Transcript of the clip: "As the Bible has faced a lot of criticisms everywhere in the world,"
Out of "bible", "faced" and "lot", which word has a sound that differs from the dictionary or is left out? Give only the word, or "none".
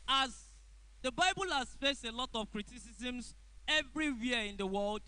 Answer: none